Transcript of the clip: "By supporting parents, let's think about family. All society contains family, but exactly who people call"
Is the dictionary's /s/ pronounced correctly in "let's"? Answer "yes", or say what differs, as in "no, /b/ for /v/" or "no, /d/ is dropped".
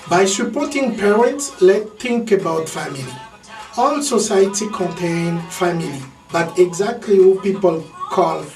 no, /s/ is dropped